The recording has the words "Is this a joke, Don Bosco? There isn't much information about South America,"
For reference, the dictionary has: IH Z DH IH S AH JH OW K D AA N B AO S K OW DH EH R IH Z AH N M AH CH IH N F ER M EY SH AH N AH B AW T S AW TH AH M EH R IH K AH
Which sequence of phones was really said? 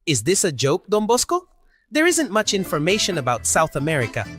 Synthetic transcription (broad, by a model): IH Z DH IH S AH JH OW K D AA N B AO S K OW DH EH R IH Z AH N M AH CH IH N F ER M EY SH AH N AH B AW T S AW TH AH M EH R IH K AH